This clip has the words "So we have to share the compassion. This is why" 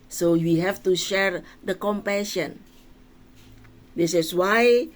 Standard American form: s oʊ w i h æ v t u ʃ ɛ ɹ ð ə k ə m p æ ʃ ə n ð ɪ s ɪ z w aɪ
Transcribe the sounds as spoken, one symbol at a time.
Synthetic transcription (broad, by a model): s oʊ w i h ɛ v t u ʃ ɛ ɹ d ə k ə m p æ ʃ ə n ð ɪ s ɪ s w aɪ